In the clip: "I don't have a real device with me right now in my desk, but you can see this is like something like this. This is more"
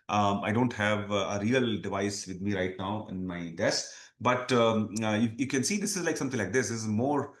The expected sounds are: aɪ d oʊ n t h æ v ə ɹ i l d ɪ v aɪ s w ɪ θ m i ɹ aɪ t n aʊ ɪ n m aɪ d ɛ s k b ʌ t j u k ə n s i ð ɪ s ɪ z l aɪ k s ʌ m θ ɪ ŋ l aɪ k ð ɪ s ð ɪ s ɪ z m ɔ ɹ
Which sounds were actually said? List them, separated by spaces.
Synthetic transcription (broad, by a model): aɪ d oʊ n t h æ v ə ɹ i l d ɪ v aɪ s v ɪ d m i ɹ aɪ t n aʊ ɪ n m aɪ d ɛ s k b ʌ t j u k ə n s i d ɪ s ɪ z l aɪ k s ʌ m t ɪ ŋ l aɪ k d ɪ s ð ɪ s ɪ z m ɔ ɹ